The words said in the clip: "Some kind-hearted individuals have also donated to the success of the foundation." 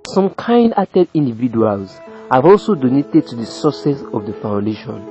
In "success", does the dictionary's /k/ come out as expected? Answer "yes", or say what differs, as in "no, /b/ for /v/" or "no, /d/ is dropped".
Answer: no, /k/ is dropped